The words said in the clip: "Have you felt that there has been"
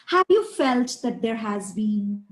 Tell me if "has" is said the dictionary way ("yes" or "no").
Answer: yes